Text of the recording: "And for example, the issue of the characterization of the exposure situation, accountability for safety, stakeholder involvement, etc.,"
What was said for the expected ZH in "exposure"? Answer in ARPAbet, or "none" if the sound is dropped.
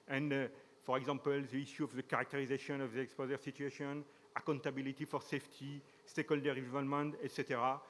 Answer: Z